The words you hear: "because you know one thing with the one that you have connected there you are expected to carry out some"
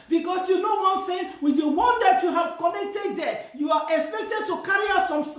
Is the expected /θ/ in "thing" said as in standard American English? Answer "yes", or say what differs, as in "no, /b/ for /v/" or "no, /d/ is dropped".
no, /s/ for /θ/